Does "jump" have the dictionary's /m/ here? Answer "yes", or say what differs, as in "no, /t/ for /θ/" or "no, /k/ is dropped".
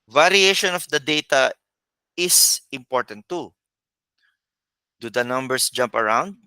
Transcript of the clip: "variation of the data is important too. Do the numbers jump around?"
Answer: yes